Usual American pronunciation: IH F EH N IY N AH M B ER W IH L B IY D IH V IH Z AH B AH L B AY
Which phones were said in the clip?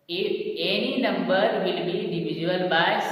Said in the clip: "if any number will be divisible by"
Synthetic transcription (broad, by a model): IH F EH N IY N AH M B ER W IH L B IY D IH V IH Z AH AH L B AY